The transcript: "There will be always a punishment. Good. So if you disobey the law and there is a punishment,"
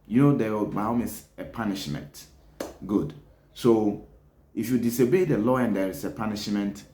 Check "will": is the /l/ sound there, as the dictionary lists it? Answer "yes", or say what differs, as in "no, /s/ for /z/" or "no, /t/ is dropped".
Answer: no, /w/ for /l/